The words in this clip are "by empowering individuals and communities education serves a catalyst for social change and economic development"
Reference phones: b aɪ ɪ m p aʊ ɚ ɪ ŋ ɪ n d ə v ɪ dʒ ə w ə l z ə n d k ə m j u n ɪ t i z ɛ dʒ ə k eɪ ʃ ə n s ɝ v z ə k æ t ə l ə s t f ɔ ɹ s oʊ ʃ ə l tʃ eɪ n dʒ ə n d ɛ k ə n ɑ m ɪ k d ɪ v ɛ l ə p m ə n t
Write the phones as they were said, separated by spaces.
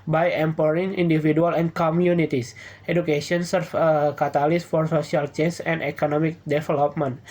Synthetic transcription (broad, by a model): b aɪ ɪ m p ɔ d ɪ ŋ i n d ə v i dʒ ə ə l ə n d k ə m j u n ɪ t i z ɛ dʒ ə k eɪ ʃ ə n s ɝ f ə k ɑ t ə l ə s f ɔ ɹ s oʊ s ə l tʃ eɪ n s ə n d ɛ k ə n ɑ m ɪ k d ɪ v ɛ l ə p m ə n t